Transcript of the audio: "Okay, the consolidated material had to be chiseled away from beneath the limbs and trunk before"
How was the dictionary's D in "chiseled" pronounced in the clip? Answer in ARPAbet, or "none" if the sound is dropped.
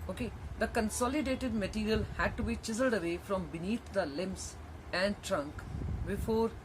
D